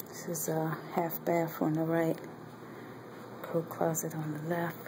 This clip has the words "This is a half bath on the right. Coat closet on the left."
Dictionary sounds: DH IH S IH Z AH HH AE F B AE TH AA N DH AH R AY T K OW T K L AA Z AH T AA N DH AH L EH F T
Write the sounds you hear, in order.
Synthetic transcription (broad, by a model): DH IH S IH Z AH HH AE F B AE F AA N DH AH R AY T K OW K L AA Z AH T N DH AH L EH F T